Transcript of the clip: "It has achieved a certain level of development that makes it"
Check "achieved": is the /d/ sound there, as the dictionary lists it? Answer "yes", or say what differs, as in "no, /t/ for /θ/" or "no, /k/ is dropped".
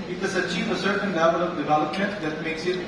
no, /d/ is dropped